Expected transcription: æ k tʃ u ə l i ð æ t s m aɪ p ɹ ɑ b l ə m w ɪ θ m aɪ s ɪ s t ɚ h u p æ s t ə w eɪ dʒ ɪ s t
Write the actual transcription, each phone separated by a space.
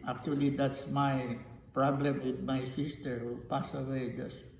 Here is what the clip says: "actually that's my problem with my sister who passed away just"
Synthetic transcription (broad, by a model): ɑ k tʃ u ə l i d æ t s m aɪ p ɹ ɑ b l ə m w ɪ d m aɪ s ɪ s t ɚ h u p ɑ s ə w eɪ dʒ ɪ s